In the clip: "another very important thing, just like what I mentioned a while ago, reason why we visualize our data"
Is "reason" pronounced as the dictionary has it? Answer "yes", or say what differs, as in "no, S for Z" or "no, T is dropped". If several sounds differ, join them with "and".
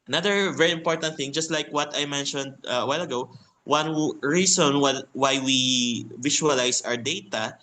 no, S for Z